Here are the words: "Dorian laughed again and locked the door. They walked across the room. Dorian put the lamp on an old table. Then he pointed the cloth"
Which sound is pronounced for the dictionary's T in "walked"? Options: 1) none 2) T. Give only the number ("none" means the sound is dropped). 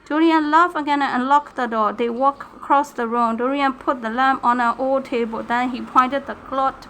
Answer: 1